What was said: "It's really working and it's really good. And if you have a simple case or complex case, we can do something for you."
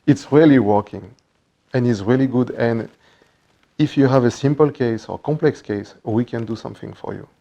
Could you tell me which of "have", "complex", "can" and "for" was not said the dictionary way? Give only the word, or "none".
none